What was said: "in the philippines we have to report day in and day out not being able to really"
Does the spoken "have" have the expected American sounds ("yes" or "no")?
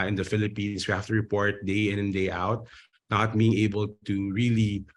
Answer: no